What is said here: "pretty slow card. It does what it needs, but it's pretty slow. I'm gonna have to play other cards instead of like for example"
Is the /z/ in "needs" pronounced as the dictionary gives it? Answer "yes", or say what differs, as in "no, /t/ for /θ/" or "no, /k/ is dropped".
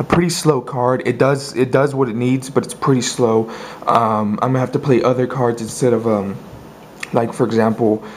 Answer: yes